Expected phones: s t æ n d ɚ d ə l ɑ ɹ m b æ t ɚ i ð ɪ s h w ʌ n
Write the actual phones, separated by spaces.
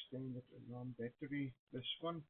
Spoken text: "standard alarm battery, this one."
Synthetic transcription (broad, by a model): s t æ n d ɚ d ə n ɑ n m b æ t ɚ i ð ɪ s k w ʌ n